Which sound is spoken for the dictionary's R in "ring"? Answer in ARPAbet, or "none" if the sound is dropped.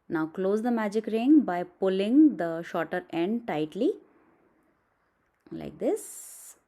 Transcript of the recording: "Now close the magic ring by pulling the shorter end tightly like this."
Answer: R